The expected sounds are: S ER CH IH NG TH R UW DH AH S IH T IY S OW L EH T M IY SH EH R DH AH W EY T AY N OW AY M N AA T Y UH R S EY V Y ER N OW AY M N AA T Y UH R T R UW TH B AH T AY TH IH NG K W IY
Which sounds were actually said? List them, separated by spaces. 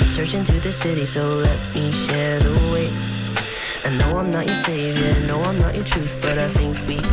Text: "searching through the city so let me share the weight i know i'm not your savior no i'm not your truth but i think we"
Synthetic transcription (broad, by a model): S ER CH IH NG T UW DH AH S IH T IY S OW L EH T M IY SH EH R DH AH W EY AY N OW AY M N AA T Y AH R S EY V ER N OW AY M N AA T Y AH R T R UW TH B AH T AY TH IH NG K W IY